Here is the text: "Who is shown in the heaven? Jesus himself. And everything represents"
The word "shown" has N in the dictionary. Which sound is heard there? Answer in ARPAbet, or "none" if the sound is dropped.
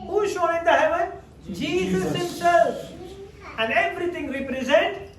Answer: none